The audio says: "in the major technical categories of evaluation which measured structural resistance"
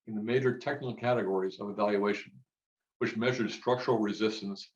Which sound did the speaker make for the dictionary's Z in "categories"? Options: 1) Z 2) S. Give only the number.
1